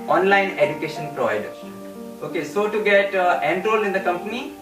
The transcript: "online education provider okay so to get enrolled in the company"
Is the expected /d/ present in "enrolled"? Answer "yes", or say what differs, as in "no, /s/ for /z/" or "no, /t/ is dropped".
no, /d/ is dropped